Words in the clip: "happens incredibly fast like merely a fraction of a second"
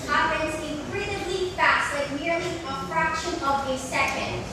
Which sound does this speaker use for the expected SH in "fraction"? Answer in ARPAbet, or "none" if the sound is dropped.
SH